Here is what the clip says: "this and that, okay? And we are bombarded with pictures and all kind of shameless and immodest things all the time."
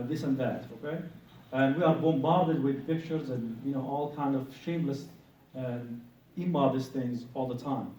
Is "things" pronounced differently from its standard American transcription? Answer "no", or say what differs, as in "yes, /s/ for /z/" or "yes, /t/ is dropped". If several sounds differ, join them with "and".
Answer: no